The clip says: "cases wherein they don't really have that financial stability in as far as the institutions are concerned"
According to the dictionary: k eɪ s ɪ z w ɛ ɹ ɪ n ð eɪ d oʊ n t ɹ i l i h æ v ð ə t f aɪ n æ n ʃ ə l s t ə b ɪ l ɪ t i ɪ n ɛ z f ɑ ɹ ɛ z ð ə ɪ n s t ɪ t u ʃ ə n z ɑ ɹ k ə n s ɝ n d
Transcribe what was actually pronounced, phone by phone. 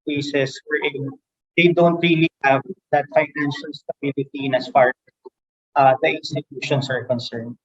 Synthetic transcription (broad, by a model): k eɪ s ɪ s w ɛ ɹ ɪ n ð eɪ d oʊ n t ɹ i l i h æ v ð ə t f aɪ n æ n ʃ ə l s t ə b ɪ l ɪ t i ɪ n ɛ s f ɑ ɹ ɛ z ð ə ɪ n s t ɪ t u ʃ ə n s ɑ ɹ k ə n s ɝ n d